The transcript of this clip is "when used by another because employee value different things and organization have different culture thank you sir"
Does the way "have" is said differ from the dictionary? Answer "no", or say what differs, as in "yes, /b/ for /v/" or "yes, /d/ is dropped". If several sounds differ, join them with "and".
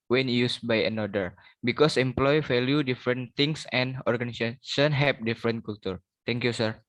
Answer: yes, /p/ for /v/